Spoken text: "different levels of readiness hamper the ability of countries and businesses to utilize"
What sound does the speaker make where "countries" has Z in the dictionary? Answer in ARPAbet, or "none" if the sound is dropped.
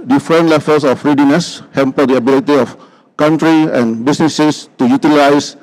none